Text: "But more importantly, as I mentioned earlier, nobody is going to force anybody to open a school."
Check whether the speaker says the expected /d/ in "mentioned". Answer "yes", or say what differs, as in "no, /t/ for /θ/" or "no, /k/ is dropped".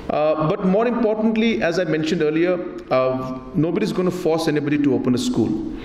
yes